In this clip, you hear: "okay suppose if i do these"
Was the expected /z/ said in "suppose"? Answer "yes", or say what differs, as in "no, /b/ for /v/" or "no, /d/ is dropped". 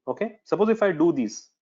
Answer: yes